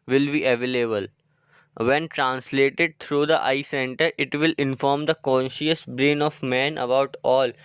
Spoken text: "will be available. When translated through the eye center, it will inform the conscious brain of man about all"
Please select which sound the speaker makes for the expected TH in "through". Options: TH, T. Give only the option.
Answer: T